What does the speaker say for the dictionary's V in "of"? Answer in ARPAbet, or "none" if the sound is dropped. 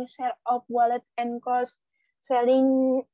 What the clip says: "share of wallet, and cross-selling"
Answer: P